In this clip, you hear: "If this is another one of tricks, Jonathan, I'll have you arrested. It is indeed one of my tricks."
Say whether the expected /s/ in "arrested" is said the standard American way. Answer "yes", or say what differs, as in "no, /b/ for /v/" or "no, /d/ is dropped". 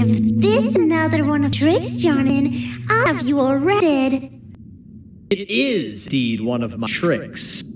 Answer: no, /s/ is dropped